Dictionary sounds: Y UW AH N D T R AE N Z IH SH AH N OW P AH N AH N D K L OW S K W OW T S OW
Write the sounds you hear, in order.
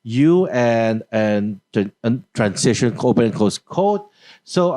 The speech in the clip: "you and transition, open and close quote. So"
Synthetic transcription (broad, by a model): Y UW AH N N T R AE N S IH SH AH N OW P AH N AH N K OW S K OW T S OW